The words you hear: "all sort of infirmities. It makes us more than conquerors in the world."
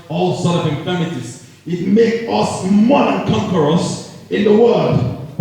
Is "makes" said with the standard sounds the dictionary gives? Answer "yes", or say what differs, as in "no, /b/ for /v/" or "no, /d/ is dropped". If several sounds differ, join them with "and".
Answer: no, /s/ is dropped